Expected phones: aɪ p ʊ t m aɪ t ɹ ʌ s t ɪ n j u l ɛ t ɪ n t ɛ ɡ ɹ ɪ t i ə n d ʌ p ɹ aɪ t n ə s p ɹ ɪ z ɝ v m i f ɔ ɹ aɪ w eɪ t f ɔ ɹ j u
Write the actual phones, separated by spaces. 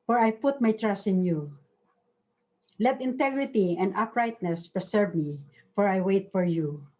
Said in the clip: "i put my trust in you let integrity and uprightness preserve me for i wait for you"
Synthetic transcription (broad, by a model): aɪ p ʊ t m aɪ t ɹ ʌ s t ɪ n j u l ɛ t ɪ n t ɛ ɡ ɹ ɪ t i ə n d ʌ p ɹ aɪ t n ə s p ɹ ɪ s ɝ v m i f ɔ ɹ aɪ w eɪ t f ɔ ɹ j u